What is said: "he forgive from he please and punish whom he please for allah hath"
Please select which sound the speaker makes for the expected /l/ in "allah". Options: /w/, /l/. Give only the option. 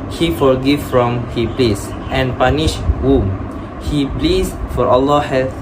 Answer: /l/